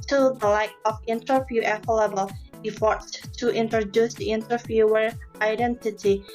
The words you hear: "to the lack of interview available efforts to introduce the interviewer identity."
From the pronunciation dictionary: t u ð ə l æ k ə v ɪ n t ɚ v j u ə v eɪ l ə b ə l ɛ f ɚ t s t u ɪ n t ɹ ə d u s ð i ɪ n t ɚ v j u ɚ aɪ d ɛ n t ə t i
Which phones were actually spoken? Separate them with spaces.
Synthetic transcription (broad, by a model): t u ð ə l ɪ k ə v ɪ n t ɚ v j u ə f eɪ l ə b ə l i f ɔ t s t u ɪ n t ɹ ə d u s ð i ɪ n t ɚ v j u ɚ aɪ d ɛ n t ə t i